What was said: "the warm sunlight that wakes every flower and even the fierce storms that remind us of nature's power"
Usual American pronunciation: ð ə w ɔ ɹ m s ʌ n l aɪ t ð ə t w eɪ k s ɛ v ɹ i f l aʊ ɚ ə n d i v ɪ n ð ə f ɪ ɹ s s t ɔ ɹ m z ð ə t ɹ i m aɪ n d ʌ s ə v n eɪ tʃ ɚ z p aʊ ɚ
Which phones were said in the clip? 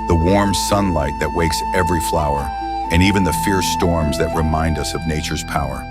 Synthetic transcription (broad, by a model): ð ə w ɔ ɹ m s ʌ n l aɪ t ð ə t w eɪ k s ɛ v ɹ i f l aʊ ɚ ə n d i v ɪ n ð ə f ɪ ɹ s s t ɔ ɹ m z ð ə t ɹ i m aɪ n d ʌ s ə v n eɪ tʃ ɚ z p aʊ ɚ